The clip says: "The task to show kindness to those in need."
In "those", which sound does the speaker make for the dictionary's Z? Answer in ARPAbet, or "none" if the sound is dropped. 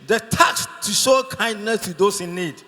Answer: S